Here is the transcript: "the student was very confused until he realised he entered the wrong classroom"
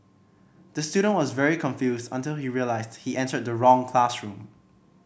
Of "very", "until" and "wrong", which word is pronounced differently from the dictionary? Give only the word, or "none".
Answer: none